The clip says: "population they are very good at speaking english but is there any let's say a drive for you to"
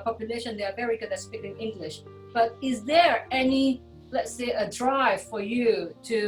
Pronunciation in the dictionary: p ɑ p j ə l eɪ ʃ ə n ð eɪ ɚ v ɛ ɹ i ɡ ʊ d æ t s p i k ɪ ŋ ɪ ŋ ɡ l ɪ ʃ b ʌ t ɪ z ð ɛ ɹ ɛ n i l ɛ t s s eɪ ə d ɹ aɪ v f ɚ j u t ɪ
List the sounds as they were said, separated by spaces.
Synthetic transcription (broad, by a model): p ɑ p j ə l eɪ ʃ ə n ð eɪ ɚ v ɛ ɹ i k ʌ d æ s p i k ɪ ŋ ɪ ŋ ɡ l ɪ ʃ b ʌ t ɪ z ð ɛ ɹ ɛ n i l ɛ t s s eɪ ə d ɹ aɪ v f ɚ j u t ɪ